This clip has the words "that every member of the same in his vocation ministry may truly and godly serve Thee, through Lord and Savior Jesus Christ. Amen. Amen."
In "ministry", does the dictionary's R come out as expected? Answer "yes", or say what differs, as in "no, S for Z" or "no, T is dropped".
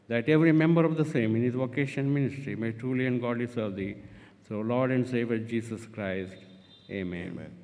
yes